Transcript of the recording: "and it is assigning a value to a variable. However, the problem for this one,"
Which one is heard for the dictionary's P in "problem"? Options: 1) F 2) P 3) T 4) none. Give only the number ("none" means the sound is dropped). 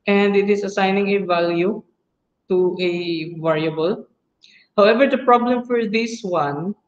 2